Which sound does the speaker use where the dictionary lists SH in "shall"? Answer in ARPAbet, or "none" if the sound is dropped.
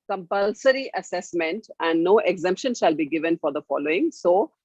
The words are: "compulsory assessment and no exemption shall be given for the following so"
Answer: SH